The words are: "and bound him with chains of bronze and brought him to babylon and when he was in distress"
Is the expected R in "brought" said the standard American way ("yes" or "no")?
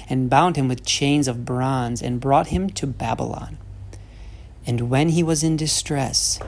yes